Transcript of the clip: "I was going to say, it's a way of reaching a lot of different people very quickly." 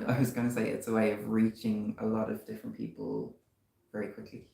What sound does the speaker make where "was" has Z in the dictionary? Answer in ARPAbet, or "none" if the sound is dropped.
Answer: Z